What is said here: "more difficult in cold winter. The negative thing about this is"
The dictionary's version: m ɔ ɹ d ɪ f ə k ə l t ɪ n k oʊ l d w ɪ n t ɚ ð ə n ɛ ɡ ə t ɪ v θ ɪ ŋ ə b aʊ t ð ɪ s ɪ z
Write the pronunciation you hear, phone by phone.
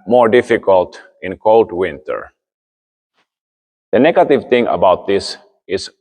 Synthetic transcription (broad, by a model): m ɔ ɹ d ɪ f ə k ə l t ɪ n k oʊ l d w ɪ n t ɚ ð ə n ɛ ɡ ə t ɪ v t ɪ ŋ ə b aʊ t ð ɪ s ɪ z